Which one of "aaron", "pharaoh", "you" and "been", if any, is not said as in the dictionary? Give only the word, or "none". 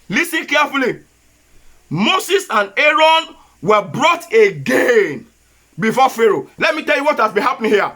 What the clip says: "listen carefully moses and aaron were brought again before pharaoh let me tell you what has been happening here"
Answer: none